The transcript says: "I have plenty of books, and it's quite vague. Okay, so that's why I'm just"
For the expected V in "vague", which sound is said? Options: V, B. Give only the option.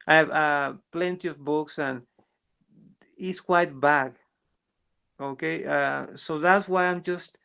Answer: B